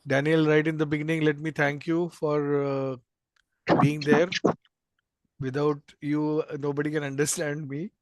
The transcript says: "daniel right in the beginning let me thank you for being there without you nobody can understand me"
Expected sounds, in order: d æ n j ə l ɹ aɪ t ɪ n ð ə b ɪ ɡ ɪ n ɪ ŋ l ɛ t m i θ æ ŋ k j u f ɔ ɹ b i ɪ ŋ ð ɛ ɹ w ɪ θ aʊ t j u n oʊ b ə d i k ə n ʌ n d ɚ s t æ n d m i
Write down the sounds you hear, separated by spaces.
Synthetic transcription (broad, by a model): d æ n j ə l ɹ aɪ t ɪ n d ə b ɪ ɡ ɪ n ɪ ŋ l ɛ t m i t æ ŋ k j u f ɔ ɹ b i ɪ ŋ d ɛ ɹ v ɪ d aʊ t j u n oʊ b ə d i k ə n ʌ n d ɚ s t æ n d m i